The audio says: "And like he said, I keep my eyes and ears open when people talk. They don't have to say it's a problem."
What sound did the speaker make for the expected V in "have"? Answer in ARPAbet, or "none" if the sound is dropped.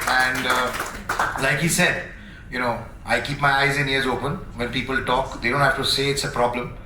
F